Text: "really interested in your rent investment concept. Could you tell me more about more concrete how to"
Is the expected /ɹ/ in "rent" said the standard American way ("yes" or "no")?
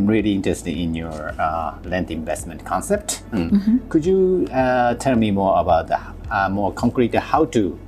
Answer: no